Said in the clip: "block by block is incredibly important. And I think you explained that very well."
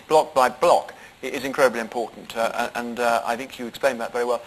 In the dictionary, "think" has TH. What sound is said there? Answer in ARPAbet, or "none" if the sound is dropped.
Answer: TH